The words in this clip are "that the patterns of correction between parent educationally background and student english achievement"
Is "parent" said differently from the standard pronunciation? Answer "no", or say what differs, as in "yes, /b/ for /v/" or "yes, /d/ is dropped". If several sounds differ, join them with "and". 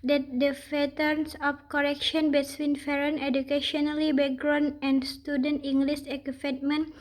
yes, /f/ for /p/